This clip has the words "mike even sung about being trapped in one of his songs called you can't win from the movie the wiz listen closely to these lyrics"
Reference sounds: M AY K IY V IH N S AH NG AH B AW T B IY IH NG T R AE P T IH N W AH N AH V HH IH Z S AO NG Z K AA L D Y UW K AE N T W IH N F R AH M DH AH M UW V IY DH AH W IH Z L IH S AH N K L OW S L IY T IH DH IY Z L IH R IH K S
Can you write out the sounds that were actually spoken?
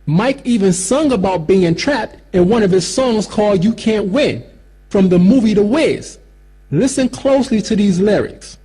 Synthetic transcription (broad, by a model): M AY K IY V IH N S AH NG AH B AW T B IY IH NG T R AE P T IH N W AH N AH V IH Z S AO NG Z K AA L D Y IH K AE N T W IH N F R AH M DH AH M UW V IY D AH W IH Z L IH S AH N K L OW S L IY T IH DH IY Z L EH R IH K S